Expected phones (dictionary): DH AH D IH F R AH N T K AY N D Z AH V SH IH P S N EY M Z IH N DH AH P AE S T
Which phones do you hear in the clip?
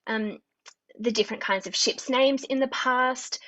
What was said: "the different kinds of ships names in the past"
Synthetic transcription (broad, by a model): DH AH D IH F R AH N K AY N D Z AH V SH IH P S N EY M Z IH N DH AH P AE S T